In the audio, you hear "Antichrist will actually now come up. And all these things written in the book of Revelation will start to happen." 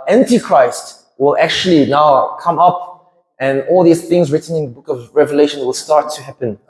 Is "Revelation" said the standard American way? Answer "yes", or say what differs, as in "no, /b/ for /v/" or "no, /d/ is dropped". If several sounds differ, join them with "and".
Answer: yes